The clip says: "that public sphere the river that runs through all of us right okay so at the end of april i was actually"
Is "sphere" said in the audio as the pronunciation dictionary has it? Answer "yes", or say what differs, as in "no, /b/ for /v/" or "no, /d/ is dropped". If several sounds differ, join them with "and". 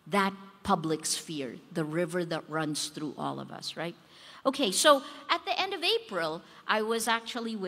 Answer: yes